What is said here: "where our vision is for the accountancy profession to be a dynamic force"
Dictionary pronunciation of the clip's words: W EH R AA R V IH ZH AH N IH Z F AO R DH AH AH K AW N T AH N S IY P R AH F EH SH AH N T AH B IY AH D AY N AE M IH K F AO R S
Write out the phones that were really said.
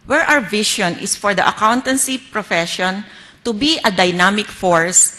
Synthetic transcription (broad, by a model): W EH R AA W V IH SH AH N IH S F AO R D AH AH K AW N T AH N S IY P R AH F EH SH AH N T AH B IY AH D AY N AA M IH K F AO R S